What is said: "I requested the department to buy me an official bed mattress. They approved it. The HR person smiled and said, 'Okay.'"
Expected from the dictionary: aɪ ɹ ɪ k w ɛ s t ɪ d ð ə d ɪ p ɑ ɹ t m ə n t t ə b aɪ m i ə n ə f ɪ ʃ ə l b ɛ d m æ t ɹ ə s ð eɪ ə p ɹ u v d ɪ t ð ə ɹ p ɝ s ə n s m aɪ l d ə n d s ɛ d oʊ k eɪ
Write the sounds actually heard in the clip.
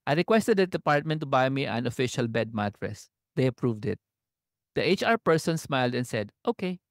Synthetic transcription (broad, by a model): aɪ ɹ ɪ k w ɛ s t ɪ d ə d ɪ p ɑ ɹ t m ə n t t ə b aɪ m i ə n ə f ɪ ʃ ə l b ɛ d m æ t ɹ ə s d eɪ ə p ɹ u v d ɪ t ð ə ɹ p ɝ s ə n s m aɪ l d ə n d s ɛ d oʊ k eɪ